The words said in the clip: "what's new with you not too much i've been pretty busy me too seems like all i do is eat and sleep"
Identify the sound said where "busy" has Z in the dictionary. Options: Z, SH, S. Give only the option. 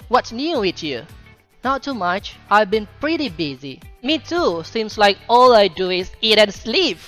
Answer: Z